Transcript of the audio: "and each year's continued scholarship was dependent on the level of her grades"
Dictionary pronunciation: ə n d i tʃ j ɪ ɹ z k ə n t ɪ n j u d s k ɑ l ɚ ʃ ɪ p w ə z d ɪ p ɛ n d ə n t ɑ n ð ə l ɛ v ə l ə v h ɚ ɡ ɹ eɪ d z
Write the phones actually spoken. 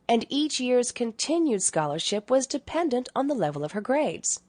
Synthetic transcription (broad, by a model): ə n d i tʃ j ɪ ɹ z k ə n t ɪ n j u d s k ɑ l ɚ ʃ ɪ p w ə z d ɪ p ɛ n d ə n t n ð ə l ɛ v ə l ə v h ɚ ɡ ɹ eɪ d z